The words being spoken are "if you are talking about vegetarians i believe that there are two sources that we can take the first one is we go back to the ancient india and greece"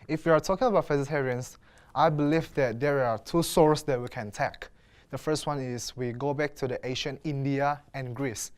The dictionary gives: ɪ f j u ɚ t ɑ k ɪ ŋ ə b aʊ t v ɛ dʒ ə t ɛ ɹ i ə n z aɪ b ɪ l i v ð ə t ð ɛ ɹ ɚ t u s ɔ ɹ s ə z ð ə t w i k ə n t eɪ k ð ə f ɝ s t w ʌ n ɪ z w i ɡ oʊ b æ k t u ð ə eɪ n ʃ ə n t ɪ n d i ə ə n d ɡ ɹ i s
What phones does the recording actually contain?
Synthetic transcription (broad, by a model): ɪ f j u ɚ t ɑ k ɪ ŋ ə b aʊ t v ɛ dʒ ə t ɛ ɹ i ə n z aɪ b ɪ l i v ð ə t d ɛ ɹ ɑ t u s ɔ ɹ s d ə t w i k ə n t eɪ k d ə f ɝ s t w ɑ n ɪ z w i ɡ oʊ b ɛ k t u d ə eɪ ʃ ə n ɪ n d i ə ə n ɡ ɹ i s